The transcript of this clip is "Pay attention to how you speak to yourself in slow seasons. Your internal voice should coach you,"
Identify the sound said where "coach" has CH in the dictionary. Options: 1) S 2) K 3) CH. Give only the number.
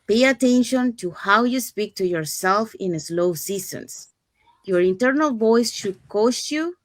1